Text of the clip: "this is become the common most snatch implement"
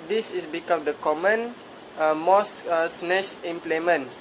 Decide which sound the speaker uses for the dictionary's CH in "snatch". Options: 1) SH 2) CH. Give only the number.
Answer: 1